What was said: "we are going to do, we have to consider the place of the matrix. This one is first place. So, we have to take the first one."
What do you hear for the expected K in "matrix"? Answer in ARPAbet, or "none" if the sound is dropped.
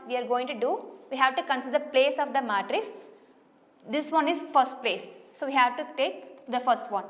none